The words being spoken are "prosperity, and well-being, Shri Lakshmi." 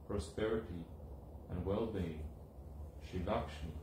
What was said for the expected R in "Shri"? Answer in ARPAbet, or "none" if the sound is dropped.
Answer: none